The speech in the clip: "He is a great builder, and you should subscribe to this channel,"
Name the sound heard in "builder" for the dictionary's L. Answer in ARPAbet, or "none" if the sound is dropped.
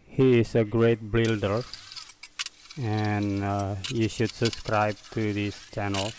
L